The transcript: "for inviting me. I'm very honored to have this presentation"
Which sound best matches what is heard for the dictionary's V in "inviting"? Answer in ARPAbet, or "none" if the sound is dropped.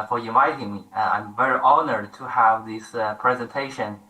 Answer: none